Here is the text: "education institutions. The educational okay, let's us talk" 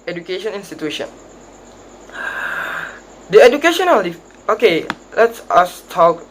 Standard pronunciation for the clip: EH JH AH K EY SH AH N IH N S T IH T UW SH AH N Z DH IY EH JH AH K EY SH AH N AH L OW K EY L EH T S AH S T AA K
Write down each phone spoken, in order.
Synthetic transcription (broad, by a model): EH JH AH K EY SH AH N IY N S T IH T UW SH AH N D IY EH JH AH K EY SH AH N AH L OW K EY L EH T S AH S T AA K